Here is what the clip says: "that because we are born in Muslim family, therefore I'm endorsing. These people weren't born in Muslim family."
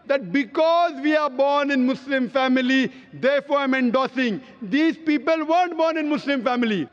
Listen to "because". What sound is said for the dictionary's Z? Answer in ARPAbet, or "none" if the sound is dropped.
Z